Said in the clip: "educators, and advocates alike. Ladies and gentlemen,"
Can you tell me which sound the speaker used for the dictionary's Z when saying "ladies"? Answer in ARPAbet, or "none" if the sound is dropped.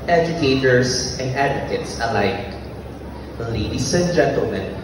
S